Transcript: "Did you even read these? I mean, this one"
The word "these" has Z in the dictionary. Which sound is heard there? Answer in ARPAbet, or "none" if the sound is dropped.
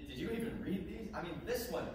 Z